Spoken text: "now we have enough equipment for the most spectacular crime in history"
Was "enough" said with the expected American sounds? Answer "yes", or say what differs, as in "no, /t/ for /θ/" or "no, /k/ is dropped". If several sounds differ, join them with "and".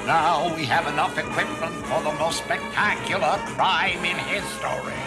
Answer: yes